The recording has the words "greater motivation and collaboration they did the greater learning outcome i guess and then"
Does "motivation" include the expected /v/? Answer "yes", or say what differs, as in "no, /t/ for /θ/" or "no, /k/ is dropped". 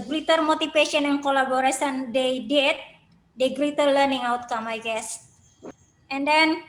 no, /f/ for /v/